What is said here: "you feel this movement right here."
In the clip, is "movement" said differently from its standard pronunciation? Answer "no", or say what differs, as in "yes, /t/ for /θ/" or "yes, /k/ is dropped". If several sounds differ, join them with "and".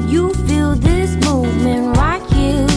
no